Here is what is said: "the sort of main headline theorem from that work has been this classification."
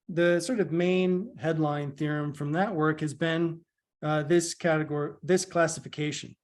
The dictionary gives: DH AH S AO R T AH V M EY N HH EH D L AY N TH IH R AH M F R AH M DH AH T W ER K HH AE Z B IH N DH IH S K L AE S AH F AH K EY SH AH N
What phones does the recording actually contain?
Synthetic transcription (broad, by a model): DH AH S AO R T AH V M EY N HH EH D L AY N TH IH R AH M F R AH M DH AH T W ER K HH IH Z B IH N DH IH S K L AE S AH F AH K EY SH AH N